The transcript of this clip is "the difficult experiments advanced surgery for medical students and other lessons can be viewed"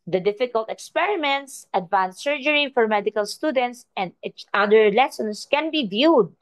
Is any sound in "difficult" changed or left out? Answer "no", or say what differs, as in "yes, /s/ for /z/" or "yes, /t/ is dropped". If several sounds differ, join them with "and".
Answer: no